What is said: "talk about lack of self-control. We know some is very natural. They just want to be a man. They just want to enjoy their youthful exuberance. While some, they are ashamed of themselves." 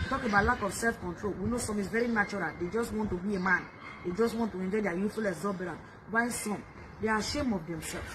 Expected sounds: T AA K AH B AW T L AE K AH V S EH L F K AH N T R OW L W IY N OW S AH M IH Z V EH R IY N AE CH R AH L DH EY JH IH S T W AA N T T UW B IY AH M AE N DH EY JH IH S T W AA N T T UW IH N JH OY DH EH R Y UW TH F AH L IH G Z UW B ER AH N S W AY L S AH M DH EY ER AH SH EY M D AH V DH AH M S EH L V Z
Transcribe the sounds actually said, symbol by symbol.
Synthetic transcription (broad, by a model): T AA K AH B AW T L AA K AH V S EH L F K AH N T R OW L W IY N OW S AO M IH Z V EH R IY N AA CH R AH L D EY JH IH S T W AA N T T UW B IY AH M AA N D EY JH IH S T W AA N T T UW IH N JH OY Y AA Y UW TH F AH L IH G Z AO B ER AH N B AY N S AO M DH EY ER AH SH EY M AH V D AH M S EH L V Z